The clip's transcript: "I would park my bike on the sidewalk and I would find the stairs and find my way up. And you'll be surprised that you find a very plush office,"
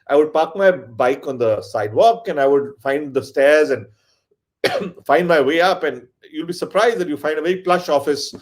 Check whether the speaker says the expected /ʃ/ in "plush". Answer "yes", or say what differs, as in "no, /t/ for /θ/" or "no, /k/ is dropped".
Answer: yes